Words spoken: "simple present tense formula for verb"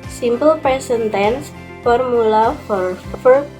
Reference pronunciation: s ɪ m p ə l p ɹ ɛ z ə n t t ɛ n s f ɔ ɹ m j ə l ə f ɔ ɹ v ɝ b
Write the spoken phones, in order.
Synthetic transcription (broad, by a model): s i m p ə l p ɹ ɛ s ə n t t ɛ n s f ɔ ɹ m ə l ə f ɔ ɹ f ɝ